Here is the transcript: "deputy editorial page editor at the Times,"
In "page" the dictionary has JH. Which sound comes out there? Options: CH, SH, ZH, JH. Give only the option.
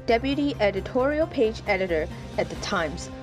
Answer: JH